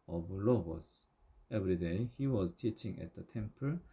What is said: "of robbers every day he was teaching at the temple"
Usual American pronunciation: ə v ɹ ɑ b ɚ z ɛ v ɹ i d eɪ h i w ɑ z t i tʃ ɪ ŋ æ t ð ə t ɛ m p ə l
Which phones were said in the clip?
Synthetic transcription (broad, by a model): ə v l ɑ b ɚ s ɛ v ɹ i d eɪ h i w ɑ z t i tʃ ɪ ŋ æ t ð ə t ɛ m p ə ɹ